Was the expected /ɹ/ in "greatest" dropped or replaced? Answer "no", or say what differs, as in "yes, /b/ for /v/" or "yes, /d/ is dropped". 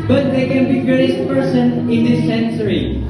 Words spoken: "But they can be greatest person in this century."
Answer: yes, /ɹ/ is dropped